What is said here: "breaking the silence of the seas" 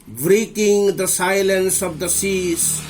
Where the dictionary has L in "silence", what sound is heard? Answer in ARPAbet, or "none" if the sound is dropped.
L